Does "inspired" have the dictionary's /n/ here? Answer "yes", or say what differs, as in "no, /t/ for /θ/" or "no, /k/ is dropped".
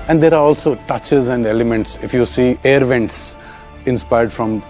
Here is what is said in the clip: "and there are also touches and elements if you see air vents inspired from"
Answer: yes